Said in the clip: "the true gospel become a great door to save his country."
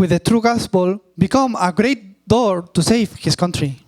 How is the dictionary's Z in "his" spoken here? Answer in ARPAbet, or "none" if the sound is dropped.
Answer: S